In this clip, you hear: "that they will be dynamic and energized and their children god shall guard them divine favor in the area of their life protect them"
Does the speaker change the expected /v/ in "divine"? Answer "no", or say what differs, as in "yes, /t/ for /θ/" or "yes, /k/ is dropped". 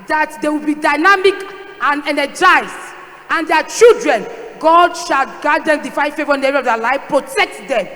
yes, /f/ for /v/